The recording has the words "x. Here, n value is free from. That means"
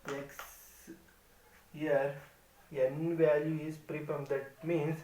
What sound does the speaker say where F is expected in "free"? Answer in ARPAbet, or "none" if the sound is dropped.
P